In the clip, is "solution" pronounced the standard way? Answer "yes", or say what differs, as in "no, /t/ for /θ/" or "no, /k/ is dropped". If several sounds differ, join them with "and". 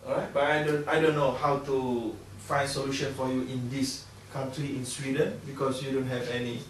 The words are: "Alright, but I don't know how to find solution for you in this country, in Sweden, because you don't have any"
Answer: yes